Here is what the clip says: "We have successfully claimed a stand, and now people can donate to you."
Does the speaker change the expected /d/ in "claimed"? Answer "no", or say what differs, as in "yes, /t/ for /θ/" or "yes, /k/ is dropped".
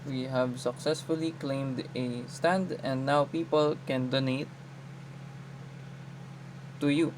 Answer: no